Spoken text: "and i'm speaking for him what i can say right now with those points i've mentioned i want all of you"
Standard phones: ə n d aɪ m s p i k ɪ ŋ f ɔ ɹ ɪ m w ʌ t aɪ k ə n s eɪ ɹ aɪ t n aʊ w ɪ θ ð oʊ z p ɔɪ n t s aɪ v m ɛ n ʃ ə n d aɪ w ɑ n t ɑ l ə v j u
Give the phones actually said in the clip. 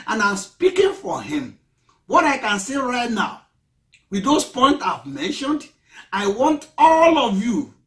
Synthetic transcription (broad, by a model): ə n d aɪ m s p i k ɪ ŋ f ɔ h ɪ m w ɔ t aɪ k ə n s eɪ ɹ aɪ t n aʊ w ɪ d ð oʊ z p ɔɪ n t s aɪ v m ɛ n ʃ ə n d aɪ w ɑ n t ɑ l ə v j u